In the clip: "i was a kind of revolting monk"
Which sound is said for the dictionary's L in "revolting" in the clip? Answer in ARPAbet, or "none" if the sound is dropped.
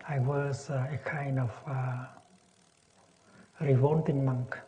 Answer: N